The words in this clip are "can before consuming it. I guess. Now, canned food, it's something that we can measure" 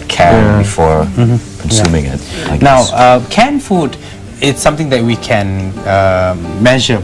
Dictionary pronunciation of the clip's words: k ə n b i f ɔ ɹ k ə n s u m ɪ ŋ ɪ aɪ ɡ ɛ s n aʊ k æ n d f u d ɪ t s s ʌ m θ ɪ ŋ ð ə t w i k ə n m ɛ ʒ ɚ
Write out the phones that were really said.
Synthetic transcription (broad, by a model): k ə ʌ b i f ɔ ɹ k ə n s u m ɪ ŋ ɪ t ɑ n aʊ k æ n f u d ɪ t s s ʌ m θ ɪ ŋ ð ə t w i k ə n m ɛ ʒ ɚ